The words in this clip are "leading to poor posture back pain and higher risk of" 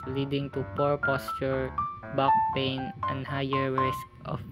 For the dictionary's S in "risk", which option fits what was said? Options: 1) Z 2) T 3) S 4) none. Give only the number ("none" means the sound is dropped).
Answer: 3